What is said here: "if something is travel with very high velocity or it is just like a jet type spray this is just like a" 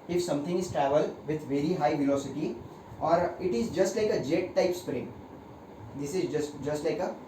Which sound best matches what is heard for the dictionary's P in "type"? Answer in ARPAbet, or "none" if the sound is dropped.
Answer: P